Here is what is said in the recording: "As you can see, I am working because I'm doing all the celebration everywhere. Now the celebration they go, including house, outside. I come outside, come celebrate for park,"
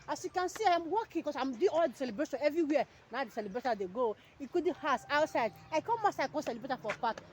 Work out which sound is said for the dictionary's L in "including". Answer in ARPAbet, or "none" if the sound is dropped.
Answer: none